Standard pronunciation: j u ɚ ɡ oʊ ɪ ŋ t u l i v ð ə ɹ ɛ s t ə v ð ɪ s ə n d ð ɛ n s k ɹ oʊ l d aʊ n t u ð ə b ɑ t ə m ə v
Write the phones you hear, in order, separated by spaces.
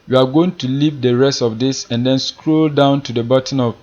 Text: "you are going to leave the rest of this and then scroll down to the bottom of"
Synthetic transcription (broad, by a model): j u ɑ ɡ oʊ ɪ ŋ t u l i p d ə ɹ ɛ s t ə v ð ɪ s ə n d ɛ n s k ɹ oʊ l d aʊ n t u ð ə b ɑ t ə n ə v